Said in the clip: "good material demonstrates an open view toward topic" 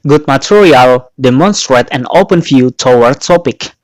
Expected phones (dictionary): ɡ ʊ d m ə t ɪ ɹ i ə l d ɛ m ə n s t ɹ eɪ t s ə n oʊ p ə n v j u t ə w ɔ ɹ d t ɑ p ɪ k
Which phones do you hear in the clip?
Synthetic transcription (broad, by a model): ɡ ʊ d m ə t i ɹ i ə l d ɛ m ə n s t ɹ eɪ t ə n oʊ p ə n f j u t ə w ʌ ɹ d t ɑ p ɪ k